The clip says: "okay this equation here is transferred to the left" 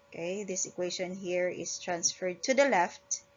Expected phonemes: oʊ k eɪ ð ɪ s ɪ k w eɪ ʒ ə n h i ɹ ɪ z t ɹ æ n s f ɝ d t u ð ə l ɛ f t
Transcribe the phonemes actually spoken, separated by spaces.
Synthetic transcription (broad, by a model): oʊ k eɪ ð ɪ s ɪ k w eɪ ʃ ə n h i ɹ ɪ s t ɹ æ n s f ɝ d t u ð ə l ɛ f t